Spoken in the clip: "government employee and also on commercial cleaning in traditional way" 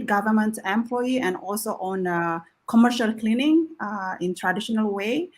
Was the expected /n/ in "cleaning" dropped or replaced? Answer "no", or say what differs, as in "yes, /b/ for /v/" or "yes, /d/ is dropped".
no